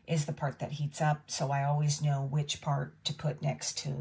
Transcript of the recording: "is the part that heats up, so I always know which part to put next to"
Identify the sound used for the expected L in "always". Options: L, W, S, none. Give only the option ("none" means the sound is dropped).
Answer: L